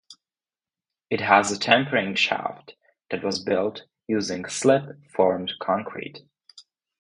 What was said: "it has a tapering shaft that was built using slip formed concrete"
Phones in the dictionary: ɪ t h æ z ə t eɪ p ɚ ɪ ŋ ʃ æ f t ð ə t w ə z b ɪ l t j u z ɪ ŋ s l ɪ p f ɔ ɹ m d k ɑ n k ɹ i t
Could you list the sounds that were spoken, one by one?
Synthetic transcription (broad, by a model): ɪ t h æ z ə t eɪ p ɚ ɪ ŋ ʃ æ f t ð ə t w ə z b ɪ l t j u z ɪ ŋ s l ɪ p f ɔ ɹ m d k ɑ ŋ k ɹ i t